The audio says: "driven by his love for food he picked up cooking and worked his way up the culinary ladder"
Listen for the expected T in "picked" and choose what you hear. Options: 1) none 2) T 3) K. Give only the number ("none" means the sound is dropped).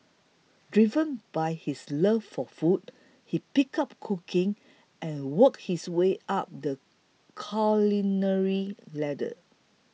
1